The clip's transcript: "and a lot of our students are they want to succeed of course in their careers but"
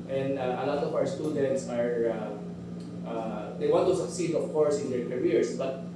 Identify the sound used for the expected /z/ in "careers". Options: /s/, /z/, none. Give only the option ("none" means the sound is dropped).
/s/